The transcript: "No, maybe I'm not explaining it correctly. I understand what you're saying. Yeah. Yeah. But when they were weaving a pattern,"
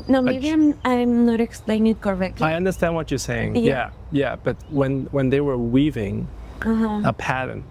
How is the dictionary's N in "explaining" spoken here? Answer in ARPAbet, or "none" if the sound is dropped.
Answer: none